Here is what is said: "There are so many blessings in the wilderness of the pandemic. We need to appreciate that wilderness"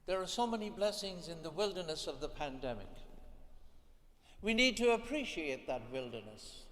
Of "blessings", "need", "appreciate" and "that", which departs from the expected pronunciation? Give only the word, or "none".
none